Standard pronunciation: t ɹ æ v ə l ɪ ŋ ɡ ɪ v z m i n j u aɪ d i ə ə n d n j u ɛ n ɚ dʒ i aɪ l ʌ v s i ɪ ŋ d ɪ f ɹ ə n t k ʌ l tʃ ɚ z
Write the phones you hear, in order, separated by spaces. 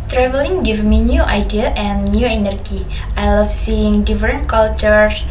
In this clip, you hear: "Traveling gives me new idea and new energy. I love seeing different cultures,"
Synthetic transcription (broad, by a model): t ɹ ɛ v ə l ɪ ŋ ɡ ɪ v m i n j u aɪ d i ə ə n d n j u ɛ n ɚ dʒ i aɪ l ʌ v s i ɪ ŋ d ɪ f ɹ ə n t k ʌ l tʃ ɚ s